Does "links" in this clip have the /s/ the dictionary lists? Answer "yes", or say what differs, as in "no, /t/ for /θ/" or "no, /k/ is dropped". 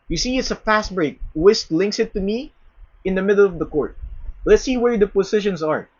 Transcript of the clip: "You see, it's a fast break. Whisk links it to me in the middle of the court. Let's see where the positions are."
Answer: yes